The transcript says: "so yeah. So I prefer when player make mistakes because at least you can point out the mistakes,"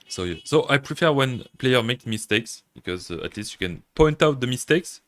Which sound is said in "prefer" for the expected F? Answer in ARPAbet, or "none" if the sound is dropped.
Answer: F